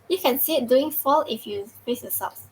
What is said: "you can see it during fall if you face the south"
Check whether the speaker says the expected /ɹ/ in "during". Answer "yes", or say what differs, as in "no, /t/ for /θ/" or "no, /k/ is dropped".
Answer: no, /ɹ/ is dropped